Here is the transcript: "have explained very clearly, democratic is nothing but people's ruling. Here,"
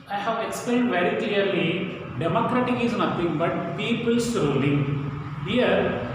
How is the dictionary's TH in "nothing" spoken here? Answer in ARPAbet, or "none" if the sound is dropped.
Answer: T